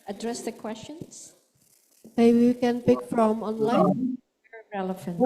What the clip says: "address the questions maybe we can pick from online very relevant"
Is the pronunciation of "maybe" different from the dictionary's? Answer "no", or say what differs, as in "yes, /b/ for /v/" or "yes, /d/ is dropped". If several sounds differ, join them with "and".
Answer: yes, /b/ is dropped